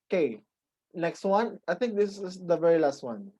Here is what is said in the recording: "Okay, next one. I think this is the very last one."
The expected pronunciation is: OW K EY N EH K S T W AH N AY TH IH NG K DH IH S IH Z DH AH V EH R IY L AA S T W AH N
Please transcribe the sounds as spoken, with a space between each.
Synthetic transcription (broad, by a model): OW K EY N EH K S T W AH N AY T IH NG K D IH S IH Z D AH V EH R IY L AA S T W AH N